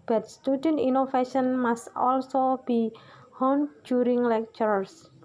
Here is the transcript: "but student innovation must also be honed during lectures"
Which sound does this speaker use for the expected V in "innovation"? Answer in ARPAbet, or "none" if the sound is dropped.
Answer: F